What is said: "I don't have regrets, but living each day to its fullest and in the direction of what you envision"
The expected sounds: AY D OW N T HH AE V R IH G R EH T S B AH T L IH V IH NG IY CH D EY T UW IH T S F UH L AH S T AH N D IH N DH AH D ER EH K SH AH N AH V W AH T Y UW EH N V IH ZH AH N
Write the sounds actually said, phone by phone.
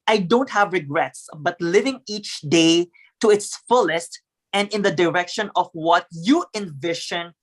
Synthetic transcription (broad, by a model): AY D OW N T HH AE V R IH G R EH T S B AH T L IH V IH NG IY CH D EY T UW IH T S F UH L AH S T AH N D IH N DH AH D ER EH K SH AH N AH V W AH T Y UW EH N V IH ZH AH N